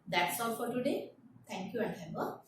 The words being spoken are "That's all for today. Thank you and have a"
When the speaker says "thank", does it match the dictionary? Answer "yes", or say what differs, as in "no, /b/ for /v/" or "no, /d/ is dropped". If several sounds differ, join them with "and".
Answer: no, /t/ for /θ/